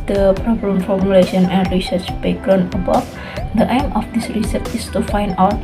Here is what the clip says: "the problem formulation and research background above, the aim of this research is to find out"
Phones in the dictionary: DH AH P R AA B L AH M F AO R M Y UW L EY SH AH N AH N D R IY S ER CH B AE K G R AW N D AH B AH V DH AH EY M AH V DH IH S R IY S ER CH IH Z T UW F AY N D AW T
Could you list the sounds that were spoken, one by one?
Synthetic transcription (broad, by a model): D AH P R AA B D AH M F AO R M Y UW L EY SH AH N AH N D R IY S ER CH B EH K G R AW N AH B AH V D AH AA M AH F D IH S R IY S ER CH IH S T UW F AY N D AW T